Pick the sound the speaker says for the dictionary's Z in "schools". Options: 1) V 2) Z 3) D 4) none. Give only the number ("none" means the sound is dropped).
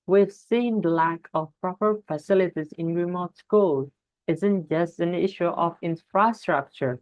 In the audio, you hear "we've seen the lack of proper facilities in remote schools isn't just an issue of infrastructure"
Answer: 4